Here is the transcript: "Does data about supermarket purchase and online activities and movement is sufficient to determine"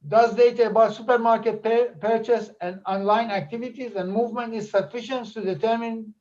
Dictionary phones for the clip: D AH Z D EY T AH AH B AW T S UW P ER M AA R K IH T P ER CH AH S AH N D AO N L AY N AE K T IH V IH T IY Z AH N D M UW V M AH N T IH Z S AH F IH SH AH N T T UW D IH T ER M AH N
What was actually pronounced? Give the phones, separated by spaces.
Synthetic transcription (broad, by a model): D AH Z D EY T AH AH B AW T S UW P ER M AA R K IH T P ER CH AH S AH N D AO N L AY N AE K T IH V IH T IY Z AH N D M UW V M AH N T IH Z S AH F IH SH AH N T T UW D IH T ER M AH N